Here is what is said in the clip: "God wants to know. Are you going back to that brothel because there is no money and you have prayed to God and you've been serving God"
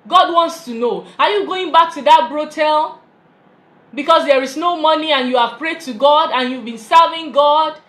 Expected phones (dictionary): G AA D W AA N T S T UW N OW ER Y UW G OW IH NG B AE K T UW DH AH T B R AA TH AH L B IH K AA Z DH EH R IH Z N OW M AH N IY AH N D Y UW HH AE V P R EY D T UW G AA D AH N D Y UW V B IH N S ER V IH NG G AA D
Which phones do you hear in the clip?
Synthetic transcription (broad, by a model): G AA D W AA N T S T UW N OW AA Y UW G OW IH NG B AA K T UW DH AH T B R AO T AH L B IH K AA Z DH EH R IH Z N OW M AH N IY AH N Y UW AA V P R EY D T UW G AA D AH N Y UW V B IH N S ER V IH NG G AA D